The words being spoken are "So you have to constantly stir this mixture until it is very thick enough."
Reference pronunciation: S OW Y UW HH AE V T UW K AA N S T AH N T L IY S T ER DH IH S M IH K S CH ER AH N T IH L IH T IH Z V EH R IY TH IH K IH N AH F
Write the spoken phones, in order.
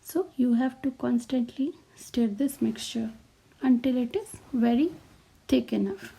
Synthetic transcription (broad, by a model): S OW Y UW HH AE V T UW K AA N S T AH N T L IY S T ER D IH S M IH K S CH ER AH N T IH L IH T IH Z V EH R IY T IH K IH N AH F